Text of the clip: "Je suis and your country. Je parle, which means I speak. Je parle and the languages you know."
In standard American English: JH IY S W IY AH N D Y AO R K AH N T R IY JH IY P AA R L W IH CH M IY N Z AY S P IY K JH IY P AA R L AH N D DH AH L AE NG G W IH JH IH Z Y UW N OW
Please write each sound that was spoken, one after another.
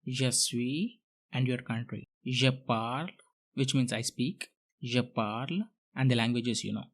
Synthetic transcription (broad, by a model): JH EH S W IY AH N D Y AO R K AH N T R IY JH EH P AA R L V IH CH M IY N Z AY S P IY K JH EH P AA R L AH N D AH L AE NG G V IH JH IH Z Y UW N OW